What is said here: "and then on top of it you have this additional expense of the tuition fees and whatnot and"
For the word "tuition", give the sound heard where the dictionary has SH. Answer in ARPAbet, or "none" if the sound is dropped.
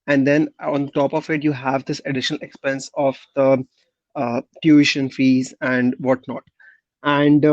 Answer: SH